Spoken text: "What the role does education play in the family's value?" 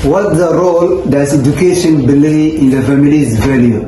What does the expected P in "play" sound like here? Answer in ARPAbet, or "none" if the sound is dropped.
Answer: B